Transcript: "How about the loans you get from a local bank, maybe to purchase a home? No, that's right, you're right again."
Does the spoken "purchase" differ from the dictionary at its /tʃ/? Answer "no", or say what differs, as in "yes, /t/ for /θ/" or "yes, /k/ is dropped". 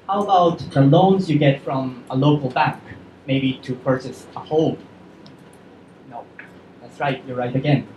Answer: yes, /s/ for /tʃ/